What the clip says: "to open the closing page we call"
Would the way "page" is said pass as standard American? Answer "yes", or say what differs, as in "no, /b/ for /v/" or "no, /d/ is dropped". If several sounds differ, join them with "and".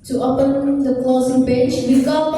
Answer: no, /b/ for /p/